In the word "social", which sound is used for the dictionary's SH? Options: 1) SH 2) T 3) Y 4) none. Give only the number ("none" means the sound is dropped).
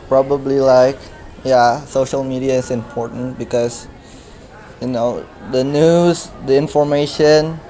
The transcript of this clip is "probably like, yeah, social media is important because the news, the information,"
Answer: 1